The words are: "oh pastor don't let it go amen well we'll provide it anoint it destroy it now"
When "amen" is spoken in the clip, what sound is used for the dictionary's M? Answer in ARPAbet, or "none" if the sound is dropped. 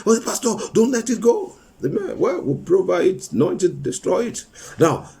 M